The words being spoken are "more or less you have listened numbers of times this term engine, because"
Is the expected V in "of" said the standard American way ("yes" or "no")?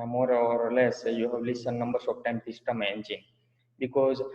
no